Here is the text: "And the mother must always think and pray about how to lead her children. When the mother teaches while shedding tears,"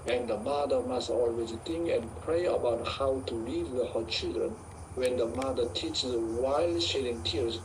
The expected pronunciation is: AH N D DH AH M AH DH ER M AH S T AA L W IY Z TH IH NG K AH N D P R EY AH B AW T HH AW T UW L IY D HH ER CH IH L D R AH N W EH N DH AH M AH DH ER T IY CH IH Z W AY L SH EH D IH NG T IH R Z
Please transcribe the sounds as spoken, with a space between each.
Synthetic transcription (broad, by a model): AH N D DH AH M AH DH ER M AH S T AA L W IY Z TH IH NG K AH N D P R EY AH B AW T HH AW T UW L IY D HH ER CH IH L D R AH N W EH N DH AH M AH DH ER T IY CH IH W AY L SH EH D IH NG T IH R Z